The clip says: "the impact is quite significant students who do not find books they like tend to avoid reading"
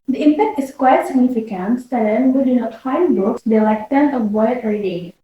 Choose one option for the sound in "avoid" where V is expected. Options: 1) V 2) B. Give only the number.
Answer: 2